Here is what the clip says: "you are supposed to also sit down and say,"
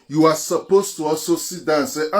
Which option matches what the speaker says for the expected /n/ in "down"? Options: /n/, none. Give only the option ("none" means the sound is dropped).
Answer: none